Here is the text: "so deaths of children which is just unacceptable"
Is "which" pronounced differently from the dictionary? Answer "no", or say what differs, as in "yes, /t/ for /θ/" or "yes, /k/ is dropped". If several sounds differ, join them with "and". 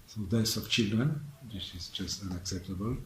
yes, /s/ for /tʃ/